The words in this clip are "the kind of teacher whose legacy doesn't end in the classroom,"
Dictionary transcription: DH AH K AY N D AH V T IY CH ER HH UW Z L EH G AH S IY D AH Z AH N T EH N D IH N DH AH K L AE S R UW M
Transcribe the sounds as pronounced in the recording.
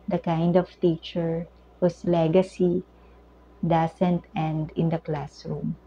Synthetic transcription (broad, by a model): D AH K AY N D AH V T IY CH ER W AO S L EH G AH S IY D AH S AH N T EH N D IH N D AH K L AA S R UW M